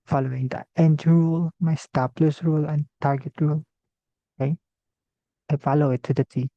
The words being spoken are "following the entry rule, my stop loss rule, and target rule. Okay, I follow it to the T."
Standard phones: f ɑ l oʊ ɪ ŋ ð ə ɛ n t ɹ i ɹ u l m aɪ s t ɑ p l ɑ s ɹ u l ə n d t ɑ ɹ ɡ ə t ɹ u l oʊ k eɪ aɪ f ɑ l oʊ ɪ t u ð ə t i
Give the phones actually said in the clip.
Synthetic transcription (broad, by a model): f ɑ l oʊ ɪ ŋ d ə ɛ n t i ɹ u l m aɪ s t ɑ p l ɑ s ɹ u l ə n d t ɑ ɹ ɡ ə t ɹ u l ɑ ɪ aɪ f ɑ l oʊ ɪ t u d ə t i